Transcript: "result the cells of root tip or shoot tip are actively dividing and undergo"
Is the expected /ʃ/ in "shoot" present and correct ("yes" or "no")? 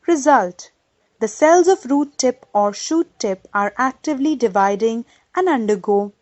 yes